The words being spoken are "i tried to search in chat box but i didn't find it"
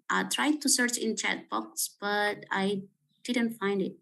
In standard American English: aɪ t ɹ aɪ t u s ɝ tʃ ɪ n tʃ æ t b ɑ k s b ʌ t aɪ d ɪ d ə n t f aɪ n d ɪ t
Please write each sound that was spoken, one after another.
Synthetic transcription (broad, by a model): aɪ t ɹ aɪ t u s ɝ tʃ ɪ n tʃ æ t b ɑ k s b ʌ t aɪ d ɪ d ə n t f aɪ n d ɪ t